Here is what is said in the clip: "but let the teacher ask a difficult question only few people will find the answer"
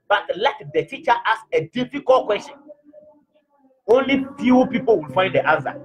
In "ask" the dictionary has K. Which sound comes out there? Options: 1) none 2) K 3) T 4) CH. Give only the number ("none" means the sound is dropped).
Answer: 1